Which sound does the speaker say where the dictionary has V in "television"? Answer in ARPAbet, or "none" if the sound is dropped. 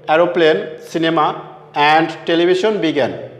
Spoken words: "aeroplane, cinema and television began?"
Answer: B